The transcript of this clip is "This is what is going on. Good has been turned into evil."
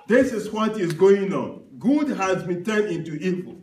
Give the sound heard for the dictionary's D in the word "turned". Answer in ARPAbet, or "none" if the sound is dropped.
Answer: none